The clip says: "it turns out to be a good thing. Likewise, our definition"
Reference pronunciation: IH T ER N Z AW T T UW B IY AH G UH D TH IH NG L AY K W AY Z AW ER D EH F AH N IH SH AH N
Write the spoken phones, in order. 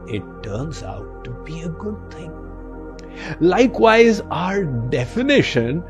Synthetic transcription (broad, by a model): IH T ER N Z AW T T UW B IY AH G UH D T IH NG L AY K W AY Z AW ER D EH F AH N IH SH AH N